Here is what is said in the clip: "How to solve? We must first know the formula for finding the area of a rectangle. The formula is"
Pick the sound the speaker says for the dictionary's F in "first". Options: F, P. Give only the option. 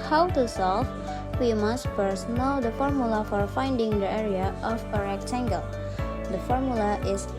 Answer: P